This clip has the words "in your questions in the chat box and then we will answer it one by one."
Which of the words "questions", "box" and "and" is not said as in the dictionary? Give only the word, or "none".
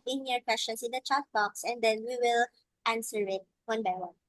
questions